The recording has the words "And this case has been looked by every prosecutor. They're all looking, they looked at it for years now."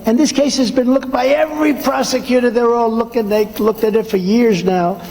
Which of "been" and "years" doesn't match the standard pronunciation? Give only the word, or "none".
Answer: none